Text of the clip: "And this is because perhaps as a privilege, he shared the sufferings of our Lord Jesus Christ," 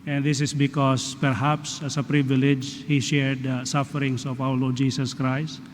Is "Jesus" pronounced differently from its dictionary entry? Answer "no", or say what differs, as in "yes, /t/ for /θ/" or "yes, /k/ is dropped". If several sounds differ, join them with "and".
yes, /s/ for /z/